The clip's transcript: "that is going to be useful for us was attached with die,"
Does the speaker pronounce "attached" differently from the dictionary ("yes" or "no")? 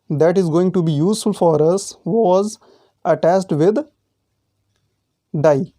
yes